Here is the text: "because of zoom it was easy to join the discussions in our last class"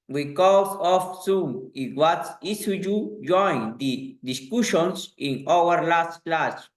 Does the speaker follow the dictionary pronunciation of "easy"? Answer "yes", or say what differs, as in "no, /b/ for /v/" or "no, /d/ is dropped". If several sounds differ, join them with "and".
no, /s/ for /z/